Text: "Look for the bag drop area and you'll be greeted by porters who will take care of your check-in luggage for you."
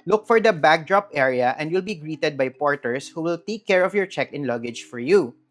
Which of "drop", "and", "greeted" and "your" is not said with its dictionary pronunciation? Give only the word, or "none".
none